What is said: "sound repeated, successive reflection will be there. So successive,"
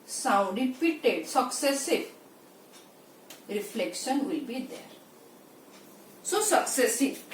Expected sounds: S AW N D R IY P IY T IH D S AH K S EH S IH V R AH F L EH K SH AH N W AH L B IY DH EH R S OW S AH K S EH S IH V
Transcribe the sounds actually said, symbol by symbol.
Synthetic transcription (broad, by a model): S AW N D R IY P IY T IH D S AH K S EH S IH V R AH F L EH K SH AH N W AH L B IY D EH R S OW S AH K S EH S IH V